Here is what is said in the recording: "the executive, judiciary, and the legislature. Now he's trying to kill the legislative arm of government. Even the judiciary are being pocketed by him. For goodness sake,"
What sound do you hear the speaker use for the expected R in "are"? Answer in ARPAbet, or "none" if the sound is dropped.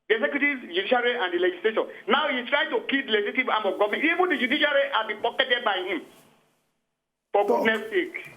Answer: L